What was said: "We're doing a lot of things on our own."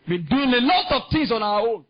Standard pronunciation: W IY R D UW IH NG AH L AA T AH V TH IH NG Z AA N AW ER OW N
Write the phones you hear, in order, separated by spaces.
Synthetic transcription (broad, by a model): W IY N D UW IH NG AH L AA T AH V T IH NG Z AA N AW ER OW N